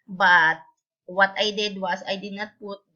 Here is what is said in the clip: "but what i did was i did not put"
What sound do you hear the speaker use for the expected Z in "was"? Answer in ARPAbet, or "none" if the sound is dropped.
S